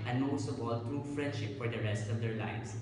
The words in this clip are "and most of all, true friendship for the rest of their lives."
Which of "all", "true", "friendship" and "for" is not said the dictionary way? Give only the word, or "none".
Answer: none